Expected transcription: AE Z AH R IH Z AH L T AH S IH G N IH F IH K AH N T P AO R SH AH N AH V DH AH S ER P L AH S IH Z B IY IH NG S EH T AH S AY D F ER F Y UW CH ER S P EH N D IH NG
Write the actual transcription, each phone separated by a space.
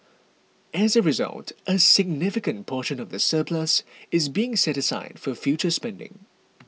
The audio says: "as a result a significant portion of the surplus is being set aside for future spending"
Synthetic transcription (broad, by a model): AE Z AH R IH Z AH L T AH S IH G N IH F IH K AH N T P AO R SH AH N AH V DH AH S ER P L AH S IH Z B IY IH NG S EH T AH S AY D F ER F Y UW CH ER S P EH N D IH NG